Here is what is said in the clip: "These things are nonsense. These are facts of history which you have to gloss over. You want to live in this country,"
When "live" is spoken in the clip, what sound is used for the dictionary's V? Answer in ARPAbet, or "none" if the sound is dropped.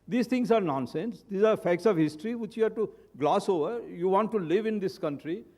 V